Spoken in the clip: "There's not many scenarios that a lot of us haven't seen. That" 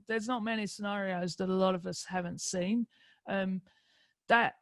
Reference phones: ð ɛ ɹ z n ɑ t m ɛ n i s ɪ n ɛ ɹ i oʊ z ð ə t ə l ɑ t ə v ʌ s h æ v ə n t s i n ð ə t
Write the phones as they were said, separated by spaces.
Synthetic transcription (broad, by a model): ð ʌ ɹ z n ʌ t m ɛ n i s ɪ n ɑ ɹ i oʊ z ð ə t ə l ɑ t ə v ʌ s h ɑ v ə n t s i n ð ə t